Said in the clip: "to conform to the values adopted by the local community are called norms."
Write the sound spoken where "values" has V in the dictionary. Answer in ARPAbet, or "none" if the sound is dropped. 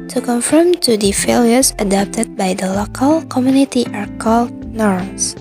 F